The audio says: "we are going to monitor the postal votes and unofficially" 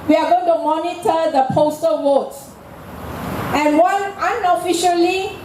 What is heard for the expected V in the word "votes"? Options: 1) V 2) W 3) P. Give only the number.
2